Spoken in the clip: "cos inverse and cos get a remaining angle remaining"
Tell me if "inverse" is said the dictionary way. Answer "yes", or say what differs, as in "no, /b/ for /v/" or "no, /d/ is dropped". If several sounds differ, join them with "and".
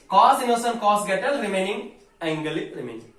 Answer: no, /v/ is dropped